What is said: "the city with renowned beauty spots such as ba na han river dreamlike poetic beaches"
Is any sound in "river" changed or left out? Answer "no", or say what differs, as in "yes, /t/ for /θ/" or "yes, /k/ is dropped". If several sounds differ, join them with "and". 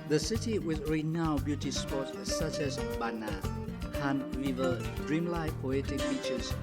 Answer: yes, /w/ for /ɹ/